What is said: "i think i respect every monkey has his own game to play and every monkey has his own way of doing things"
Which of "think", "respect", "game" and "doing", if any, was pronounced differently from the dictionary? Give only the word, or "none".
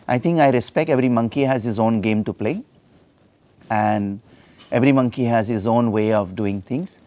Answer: think